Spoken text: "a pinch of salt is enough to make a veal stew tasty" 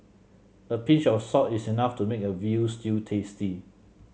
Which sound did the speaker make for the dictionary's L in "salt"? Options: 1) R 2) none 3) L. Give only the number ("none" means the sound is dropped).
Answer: 2